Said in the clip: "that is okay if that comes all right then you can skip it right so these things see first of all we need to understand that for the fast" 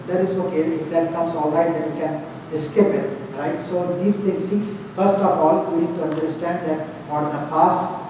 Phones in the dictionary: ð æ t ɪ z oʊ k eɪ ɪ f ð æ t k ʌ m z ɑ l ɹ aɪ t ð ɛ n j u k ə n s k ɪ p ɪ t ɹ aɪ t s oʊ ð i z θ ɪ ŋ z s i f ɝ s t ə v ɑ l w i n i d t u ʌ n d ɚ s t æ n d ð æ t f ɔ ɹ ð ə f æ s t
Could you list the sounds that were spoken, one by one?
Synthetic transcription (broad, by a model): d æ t ɪ z oʊ k eɪ ɪ f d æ t k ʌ m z ɑ l ɹ aɪ t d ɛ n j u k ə n s k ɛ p ɪ t ɹ aɪ t s oʊ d i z t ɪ ŋ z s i f ɝ s t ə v ɑ l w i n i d t u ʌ n d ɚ s t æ n d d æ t f ɔ ɹ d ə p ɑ s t